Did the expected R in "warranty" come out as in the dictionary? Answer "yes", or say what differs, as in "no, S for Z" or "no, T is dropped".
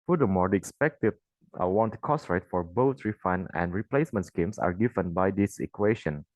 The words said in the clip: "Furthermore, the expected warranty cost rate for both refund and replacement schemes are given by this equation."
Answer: no, W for R